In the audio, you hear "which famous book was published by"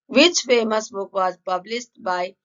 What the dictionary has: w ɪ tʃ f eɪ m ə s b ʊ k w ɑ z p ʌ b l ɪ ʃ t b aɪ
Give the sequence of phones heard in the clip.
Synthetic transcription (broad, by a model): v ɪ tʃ f eɪ m ə s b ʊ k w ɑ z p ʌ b l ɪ s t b aɪ